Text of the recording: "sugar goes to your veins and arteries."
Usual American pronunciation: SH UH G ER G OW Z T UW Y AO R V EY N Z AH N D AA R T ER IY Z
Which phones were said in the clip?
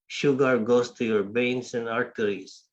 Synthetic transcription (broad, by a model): SH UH G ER G OW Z T UW Y AO R B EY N S AH N D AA R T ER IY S